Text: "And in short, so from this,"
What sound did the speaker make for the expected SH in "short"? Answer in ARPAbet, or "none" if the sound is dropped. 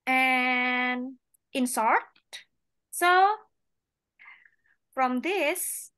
S